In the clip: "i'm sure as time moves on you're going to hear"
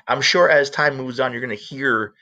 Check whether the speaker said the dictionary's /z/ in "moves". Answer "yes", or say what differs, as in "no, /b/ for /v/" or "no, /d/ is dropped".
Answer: yes